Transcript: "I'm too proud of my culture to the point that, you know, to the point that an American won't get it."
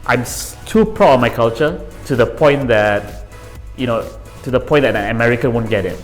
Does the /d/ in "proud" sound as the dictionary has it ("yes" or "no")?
no